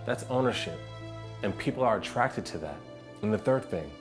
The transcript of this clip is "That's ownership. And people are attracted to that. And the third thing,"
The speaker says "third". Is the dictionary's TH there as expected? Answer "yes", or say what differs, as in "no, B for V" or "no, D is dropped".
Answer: yes